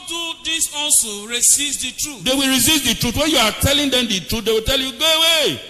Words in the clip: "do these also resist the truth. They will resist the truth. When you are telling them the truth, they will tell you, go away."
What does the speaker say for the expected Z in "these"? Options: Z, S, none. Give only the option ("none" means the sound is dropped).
S